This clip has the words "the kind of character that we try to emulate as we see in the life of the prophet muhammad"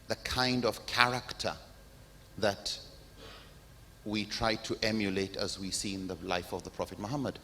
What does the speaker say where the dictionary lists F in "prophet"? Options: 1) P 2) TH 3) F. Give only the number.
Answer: 3